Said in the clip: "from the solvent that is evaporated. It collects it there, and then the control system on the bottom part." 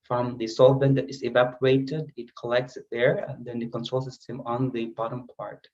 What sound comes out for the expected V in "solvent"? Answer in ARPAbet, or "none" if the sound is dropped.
B